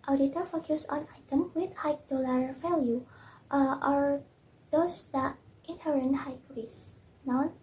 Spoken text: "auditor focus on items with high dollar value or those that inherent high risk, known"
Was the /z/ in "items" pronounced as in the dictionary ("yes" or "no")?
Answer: no